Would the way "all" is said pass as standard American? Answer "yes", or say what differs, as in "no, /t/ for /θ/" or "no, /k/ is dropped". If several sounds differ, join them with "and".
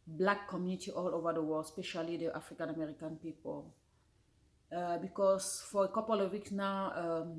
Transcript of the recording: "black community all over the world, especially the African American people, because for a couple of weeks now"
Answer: yes